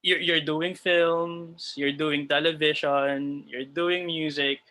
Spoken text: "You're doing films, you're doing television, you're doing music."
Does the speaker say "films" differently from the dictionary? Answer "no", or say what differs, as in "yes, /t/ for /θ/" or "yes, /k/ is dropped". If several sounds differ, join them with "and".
yes, /s/ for /z/